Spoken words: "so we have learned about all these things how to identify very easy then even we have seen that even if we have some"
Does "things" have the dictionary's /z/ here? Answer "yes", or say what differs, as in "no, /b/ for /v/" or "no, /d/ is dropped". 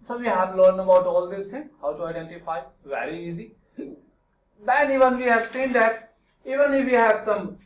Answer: no, /z/ is dropped